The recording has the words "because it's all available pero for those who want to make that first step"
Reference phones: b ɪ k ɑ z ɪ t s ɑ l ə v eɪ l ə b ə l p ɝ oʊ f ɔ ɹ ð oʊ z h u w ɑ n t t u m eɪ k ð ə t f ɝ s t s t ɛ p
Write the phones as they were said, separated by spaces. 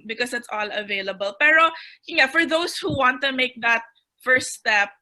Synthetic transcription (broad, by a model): b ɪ k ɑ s ɪ t s ɑ l ə v eɪ l ə b ə l p ɝ oʊ f ɔ ɹ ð oʊ s h u w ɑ n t t u m eɪ k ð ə t f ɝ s s t ɛ p